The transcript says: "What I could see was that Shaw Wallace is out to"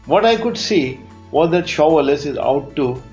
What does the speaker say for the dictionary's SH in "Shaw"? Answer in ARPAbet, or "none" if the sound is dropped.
SH